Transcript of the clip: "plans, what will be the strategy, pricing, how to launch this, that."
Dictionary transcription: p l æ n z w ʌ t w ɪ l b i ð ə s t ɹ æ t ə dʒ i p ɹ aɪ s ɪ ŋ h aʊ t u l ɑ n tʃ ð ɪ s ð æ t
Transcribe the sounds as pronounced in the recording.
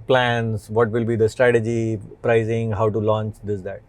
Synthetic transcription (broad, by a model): p l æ n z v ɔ t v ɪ l b i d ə s t ɹ æ t ə dʒ i p ɹ aɪ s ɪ ŋ h aʊ t u l ɑ n tʃ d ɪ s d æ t